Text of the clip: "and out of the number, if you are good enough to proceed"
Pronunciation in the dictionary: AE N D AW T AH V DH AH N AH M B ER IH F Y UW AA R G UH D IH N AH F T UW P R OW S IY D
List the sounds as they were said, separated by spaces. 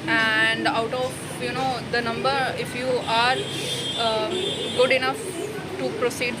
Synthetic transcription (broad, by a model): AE N D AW T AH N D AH N AH M B ER IH F Y UW AA R G UH D IH N AH F T UW P R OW S IY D